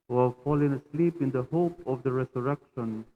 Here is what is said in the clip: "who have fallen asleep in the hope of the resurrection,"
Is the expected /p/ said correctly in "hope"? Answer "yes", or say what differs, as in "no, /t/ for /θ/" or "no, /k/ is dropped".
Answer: yes